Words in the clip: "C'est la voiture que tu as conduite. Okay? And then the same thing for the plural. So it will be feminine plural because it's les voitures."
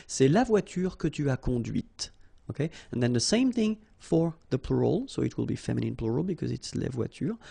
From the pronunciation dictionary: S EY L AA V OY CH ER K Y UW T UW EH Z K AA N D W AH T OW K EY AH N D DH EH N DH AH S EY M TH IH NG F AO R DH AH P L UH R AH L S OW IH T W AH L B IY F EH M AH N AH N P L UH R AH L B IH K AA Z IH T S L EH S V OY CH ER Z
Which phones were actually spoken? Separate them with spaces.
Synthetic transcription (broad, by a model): S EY L AA V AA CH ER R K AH T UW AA K AA D W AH T OW K EY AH N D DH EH N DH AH S EY M TH IH NG F AO R DH AH P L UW R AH L S OW IH T W AH L B IY F EH M AH N AH N P L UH R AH L B IH K AA Z IH T S L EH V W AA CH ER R